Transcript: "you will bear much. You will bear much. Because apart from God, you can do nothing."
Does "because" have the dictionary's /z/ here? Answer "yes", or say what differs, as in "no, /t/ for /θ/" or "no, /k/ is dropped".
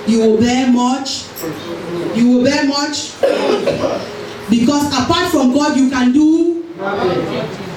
no, /s/ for /z/